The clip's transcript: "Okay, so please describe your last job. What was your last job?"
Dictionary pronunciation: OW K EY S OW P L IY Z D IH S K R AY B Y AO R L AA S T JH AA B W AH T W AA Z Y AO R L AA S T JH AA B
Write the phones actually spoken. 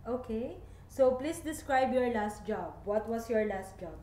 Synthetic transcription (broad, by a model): OW K EY S OW P L IY S D IH S K R AY B Y AO R L AA S T JH AA B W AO T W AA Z Y AO R L AA S T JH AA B